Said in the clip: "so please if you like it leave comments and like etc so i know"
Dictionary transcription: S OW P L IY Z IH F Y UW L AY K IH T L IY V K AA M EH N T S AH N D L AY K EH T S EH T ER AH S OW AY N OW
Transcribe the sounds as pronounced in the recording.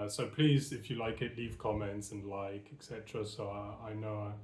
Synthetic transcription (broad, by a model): S OW P L IY Z IH F Y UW L AY K IH T L IY V K AA M EH N T S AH N L AY K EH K S EH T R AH S OW AY N OW